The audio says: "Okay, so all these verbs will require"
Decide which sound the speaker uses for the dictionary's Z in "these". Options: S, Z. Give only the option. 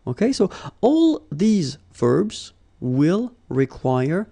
Z